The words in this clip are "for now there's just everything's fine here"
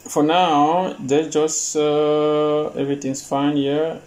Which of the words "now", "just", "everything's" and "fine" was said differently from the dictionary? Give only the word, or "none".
everything's